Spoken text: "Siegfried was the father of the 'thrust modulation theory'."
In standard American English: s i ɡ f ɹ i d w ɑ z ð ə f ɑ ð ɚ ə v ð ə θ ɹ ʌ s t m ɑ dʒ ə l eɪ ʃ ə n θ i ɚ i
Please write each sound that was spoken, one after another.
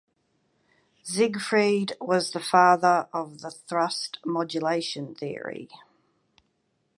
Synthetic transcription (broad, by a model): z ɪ ɡ f ɹ i d w ɑ z ð ə f ɑ ð ɚ ə v ð ə θ ɹ ʌ s t m ɑ dʒ ə l eɪ ʃ ə n θ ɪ ɚ i